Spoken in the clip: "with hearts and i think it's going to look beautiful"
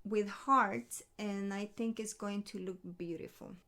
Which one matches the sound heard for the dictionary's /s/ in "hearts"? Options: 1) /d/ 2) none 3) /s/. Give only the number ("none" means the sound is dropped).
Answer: 2